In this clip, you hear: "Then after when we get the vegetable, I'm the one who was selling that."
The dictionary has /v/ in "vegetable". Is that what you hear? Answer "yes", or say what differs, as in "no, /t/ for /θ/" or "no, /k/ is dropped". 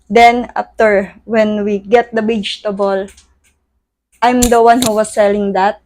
no, /w/ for /v/